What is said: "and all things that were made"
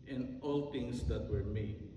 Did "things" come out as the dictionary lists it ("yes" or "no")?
no